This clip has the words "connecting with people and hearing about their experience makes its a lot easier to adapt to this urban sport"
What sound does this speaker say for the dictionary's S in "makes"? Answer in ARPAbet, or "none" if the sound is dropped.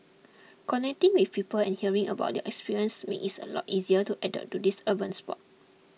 none